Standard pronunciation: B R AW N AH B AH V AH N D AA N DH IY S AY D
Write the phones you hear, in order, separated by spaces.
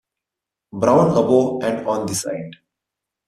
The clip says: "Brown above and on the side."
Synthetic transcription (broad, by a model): B R AW N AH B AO AH N D AA N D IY S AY D